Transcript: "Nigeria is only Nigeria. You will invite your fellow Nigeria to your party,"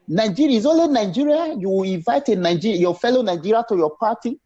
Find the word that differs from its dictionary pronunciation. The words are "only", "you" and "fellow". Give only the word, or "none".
only